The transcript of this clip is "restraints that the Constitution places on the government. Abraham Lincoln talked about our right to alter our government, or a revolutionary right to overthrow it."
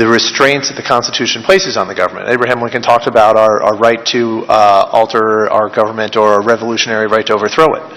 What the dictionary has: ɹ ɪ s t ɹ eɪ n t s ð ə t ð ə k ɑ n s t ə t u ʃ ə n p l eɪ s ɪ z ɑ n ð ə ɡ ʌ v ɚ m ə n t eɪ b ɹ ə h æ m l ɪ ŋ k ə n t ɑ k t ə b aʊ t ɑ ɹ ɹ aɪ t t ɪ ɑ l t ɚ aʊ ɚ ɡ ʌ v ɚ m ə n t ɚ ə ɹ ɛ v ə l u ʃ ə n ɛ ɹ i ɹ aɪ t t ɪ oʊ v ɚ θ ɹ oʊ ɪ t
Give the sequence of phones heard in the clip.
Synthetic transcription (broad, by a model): ɹ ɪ s t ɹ eɪ n t s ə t ð ə k ɑ n s t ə t u ʃ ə n p l eɪ s ɪ z n ð ə ɡ ʌ v ɚ m ə n t eɪ b ɹ ə h æ m w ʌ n k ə n t ɑ k t ə b aʊ t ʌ ɹ ɹ aɪ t t ɪ ɑ l t ɚ aʊ ɚ ɡ ʌ v ɚ m ə n t ɚ ə ɹ ɛ v ə l u ʃ ə n ɛ ɹ i ɹ aɪ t t ɪ oʊ v ɚ θ ɹ oʊ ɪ t